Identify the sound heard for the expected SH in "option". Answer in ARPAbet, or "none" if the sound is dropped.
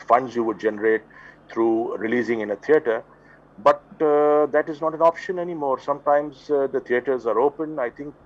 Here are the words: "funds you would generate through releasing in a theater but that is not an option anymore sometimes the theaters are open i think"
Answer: SH